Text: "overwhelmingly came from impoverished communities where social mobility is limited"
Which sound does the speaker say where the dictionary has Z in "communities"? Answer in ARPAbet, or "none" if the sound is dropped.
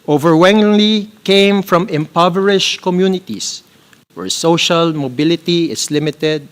S